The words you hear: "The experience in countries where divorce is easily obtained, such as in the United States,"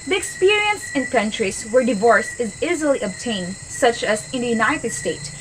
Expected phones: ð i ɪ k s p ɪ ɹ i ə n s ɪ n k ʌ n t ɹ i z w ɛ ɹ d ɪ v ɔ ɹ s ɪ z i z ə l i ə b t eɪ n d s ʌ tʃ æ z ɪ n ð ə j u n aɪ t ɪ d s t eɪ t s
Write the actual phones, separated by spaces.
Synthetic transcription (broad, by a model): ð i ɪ k s p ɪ ɹ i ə n s ɪ n k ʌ n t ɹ i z w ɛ ɹ d ɪ v ɔ ɹ s ɪ z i z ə l i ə b t eɪ n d s ʌ tʃ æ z ɪ n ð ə j u n aɪ t ɪ d s t eɪ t s